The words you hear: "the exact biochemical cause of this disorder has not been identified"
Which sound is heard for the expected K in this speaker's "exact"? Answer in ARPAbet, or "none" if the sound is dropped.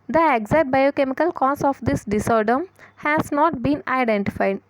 none